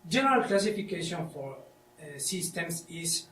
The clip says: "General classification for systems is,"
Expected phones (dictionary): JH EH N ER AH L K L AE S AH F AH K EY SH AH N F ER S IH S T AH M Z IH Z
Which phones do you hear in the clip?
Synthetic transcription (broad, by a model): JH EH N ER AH L K L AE S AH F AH K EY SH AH N F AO S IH S T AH M S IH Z